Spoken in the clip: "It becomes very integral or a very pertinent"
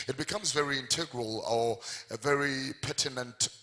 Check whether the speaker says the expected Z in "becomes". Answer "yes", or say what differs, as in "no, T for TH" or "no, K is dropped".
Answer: yes